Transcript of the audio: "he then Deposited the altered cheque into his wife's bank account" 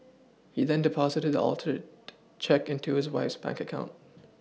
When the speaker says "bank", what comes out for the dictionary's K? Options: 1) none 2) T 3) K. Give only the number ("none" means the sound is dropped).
3